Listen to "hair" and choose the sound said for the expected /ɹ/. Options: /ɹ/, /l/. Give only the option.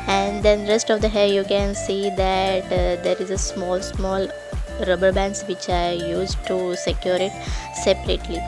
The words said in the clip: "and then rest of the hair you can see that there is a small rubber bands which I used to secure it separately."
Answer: /l/